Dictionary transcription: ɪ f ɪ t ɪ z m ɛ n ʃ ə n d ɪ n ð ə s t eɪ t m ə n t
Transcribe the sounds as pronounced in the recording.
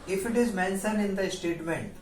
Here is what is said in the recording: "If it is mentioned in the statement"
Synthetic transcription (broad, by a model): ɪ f ɪ t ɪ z m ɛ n s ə n ɪ n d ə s t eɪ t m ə n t